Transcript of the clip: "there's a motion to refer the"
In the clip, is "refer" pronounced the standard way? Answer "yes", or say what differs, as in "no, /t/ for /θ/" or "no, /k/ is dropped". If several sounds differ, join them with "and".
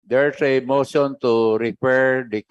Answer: no, /p/ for /f/